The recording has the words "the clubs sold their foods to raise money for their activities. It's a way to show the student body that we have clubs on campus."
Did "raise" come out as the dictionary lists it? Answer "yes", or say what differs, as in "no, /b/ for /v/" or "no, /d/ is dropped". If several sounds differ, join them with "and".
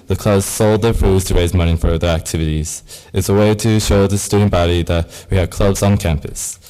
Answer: yes